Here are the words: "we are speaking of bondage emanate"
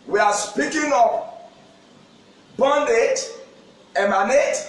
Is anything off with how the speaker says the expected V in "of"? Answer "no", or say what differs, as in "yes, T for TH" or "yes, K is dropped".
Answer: yes, P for V